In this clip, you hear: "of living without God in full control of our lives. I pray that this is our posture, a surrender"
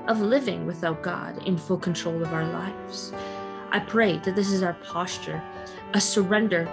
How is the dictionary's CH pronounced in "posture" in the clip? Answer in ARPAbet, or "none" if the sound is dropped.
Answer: CH